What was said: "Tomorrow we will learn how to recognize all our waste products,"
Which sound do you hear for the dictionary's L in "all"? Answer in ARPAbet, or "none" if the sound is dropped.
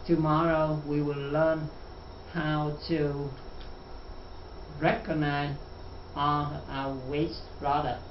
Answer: N